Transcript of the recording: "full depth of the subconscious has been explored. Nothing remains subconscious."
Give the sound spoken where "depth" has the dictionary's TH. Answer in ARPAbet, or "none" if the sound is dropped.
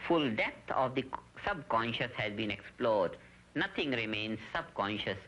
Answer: T